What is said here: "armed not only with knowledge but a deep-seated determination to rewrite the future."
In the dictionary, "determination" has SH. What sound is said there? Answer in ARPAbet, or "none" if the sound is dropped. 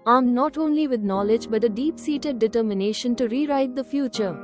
SH